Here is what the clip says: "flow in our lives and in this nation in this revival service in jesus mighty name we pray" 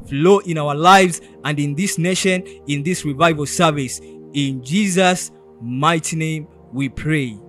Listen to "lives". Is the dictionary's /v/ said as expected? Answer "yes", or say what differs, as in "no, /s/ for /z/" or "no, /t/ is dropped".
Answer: yes